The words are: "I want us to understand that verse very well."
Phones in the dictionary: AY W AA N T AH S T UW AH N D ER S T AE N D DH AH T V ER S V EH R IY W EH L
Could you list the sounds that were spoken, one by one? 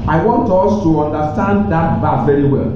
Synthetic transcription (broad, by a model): AY W AA N T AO S T UW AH N D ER S T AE N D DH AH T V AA V EH R IY W EH L